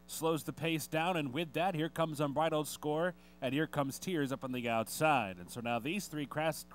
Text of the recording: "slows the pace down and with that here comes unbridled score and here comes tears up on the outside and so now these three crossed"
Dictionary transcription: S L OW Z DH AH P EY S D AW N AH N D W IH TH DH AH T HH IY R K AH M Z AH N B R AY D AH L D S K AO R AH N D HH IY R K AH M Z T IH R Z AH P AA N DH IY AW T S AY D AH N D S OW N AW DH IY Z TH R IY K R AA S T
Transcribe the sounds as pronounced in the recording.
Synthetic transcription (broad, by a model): S L OW Z DH AH P EY S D AW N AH N W IH DH AH T HH IY R K AH M Z N B R AY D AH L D S K AO R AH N HH IY R K AH M Z T IH R Z AH P N DH IY AW T S AY D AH N S OW N AW DH IY Z TH R IY K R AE S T